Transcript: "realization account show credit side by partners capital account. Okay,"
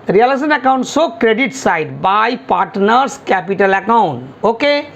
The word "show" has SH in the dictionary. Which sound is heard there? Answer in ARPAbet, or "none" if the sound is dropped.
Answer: S